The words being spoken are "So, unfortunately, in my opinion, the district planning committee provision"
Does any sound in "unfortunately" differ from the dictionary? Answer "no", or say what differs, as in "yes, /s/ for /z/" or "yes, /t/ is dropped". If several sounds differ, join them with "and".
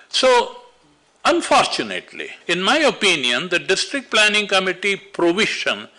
no